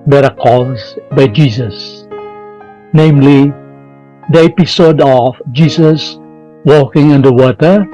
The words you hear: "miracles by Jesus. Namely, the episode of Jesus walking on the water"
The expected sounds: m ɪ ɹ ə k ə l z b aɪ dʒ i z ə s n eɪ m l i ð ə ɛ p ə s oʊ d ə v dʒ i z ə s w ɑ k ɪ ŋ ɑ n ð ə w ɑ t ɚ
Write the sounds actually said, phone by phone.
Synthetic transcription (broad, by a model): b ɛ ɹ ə k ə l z b aɪ dʒ i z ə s n eɪ m l i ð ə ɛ p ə s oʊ d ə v dʒ i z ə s w ɑ k ɪ ŋ ɑ n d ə w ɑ t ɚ